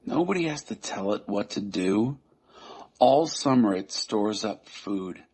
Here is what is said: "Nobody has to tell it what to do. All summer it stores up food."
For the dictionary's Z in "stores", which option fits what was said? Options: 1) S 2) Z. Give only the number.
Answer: 2